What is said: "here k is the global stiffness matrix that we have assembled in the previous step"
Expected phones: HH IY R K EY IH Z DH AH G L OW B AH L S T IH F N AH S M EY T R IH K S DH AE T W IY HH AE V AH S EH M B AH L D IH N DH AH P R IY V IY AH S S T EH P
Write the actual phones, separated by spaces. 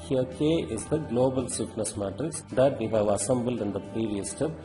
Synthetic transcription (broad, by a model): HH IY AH K EY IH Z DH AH G L OW B AH L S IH P N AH S M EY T IH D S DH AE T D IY HH AE V AH S EH M B AH L D IH N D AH P R IY V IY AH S S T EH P